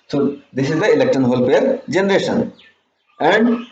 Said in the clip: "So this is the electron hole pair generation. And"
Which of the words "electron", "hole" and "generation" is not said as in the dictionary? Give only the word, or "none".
electron